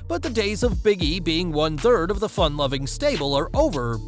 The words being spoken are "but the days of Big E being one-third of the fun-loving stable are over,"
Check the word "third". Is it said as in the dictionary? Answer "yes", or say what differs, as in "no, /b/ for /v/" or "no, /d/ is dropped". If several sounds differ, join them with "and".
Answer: yes